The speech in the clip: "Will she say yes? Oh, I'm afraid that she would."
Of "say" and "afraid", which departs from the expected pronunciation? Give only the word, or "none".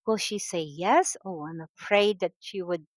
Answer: afraid